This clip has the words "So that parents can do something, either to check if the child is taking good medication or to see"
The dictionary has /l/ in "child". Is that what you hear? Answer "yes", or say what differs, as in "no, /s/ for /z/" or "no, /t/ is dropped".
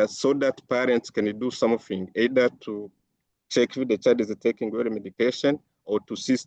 no, /l/ is dropped